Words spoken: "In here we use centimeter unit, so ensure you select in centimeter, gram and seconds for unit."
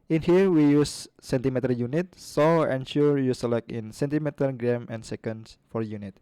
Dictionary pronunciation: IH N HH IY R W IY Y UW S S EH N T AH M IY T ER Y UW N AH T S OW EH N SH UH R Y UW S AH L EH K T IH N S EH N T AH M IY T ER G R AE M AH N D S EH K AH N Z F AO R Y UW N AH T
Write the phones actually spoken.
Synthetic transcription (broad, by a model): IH N HH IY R W IY Y UW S S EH N T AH M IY T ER Y UW N AH T S OW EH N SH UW R Y UW S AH L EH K IH N S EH N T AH M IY T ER G R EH M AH N S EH K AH N S F AO R Y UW N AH T